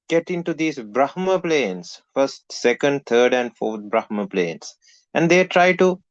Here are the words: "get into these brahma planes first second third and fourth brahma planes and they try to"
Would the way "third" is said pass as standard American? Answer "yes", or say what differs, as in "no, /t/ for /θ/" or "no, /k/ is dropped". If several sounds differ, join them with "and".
no, /t/ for /θ/